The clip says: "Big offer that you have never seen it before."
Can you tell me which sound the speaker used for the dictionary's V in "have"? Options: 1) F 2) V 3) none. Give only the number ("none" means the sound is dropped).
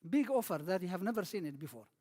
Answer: 2